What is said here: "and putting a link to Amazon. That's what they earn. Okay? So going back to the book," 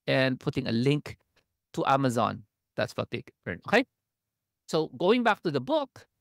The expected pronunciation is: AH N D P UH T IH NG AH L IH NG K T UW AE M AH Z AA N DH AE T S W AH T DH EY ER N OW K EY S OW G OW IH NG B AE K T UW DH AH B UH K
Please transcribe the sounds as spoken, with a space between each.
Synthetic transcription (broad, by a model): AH N P UH T IH NG AH L IH NG K T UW AE M AH Z AA N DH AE T S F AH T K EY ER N OW K EY S OW G OW IH NG B AE K T UW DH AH B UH K